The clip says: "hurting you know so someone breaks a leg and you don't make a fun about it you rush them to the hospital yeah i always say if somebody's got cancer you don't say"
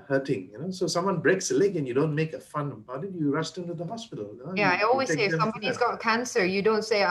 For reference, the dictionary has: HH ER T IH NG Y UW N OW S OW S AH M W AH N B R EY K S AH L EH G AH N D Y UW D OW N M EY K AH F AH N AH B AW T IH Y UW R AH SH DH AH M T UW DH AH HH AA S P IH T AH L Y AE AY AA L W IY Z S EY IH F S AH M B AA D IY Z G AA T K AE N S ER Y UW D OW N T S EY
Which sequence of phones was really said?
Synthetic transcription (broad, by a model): HH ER T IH NG Y UW N OW S OW S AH M W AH N B R EY K S AH L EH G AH N Y UW D OW N M EY K AH F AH N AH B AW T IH Y UW R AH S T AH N T UW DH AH HH AA S P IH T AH L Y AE AY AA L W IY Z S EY IH F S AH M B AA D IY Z G AA T K AE N S ER Y UW D OW N T S EY